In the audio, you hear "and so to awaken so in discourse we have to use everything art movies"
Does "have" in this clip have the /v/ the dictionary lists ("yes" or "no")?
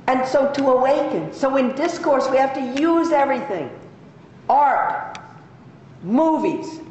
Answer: no